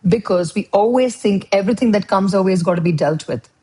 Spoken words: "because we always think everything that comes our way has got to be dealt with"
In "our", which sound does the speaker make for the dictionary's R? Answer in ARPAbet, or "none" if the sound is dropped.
L